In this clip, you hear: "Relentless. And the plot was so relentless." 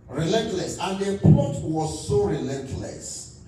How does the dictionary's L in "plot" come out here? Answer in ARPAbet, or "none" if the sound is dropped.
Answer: none